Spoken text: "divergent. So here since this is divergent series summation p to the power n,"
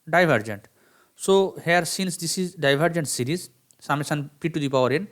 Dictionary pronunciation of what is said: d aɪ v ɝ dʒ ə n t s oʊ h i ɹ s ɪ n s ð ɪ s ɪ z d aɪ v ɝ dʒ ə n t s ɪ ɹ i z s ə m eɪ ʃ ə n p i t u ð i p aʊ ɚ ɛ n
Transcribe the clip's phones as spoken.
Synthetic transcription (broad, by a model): d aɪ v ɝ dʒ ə n t s oʊ h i ɹ s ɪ n s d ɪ s ɪ z d aɪ v ɝ dʒ ə n t s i ɹ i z s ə m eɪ s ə n p i t u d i p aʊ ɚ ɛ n